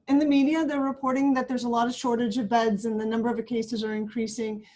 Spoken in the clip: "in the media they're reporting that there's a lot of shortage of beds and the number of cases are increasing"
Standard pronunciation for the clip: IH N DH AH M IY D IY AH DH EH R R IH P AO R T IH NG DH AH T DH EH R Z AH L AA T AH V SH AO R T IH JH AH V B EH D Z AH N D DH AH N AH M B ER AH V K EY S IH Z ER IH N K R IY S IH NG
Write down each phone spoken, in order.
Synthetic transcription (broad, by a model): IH N DH AH M IY D IY AH DH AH R R IH P AO R T IH NG DH AH T DH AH R Z AH L AA T AH V SH AO R T IH JH AH V B EH D Z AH N DH AH N AH M B ER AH V K EY S IH Z ER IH N K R IY S IH NG